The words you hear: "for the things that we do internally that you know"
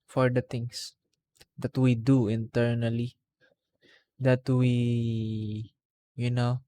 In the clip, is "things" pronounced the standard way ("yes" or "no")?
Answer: no